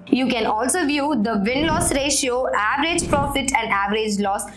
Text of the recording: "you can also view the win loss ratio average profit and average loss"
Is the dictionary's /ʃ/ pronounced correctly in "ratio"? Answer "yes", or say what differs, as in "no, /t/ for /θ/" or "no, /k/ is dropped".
yes